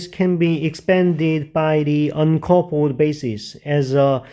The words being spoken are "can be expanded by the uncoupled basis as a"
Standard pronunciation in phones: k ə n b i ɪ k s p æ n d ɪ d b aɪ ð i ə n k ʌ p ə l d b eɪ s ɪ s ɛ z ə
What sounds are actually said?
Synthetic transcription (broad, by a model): k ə n b i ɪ k s p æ n d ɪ d b aɪ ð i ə n k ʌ p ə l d b eɪ s ɪ s ɛ z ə